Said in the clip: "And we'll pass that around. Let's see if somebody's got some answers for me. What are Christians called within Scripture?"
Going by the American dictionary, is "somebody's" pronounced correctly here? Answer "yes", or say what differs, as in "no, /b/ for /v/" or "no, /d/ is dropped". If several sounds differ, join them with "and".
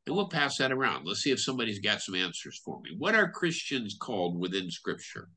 yes